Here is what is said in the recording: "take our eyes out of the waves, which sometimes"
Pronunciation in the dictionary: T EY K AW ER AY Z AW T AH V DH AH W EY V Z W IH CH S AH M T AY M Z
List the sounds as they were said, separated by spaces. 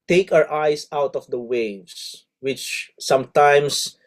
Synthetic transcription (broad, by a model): T EY K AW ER AY S AW T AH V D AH W EY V S W IH CH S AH M T AY M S